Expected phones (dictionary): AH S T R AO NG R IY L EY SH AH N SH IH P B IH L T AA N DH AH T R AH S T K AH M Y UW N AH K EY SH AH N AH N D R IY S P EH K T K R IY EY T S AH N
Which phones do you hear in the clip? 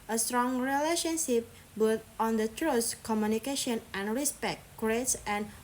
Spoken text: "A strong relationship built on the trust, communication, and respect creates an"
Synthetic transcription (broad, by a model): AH S T R AO NG R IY L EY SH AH N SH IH P B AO T AA N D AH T R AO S K AH M Y UW N AH K EY SH AH N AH N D R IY S P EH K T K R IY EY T S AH N